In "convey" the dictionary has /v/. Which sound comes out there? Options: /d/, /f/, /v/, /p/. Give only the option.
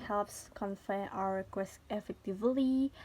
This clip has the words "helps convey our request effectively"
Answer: /f/